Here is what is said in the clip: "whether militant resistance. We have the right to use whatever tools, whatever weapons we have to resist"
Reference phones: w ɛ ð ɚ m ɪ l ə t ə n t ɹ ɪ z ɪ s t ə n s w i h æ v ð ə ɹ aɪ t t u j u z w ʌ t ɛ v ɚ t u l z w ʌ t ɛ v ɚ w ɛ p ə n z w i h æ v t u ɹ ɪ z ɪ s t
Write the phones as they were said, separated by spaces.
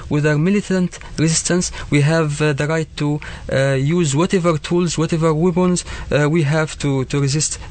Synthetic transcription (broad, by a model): w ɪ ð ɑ m ɪ l ə t ə n t ɹ ɪ z ɪ s t ə n s w i h æ v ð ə ɹ aɪ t t u j u z w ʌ t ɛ v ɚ t u l z w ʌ t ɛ v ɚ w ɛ b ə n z w i h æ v t u ɹ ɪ z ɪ s t